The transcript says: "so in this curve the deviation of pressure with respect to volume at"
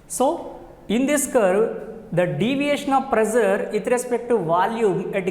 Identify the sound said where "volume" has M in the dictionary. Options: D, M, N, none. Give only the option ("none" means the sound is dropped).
none